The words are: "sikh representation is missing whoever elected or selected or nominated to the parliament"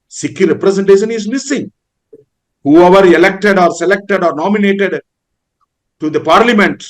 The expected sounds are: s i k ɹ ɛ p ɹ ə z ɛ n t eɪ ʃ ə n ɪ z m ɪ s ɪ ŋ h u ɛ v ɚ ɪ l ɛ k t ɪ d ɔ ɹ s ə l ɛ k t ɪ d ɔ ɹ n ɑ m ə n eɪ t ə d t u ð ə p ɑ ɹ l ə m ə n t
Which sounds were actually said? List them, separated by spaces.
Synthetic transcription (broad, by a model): s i k ɹ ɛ p ɹ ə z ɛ n t eɪ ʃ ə n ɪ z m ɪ s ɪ ŋ h u ɛ v ɚ ɪ l ɛ k t ɪ d ɔ ɹ s ə l ɛ k t ɪ d ɔ ɹ n ɑ m ə n eɪ t ə d t u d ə p ɑ ɹ l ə m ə n t